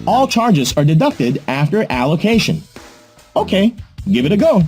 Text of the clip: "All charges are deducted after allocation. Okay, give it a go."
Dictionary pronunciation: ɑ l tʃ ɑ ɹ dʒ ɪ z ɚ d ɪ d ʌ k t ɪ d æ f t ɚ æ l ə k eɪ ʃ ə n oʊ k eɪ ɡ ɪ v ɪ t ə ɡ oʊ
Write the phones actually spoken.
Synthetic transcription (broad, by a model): ɑ l tʃ ɑ ɹ dʒ ɪ z ɚ d ɪ d ʌ k t ɪ d æ f t ɚ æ l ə k eɪ ʃ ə n oʊ k eɪ ɡ ɪ v ɪ t ə ɡ oʊ